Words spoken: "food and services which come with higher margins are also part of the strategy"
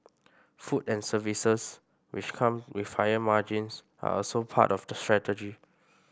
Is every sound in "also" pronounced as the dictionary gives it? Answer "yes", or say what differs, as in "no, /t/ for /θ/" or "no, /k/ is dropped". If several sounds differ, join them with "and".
yes